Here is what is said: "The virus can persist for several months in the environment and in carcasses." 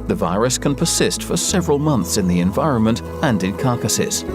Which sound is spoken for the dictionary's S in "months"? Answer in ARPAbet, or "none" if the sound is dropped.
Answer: S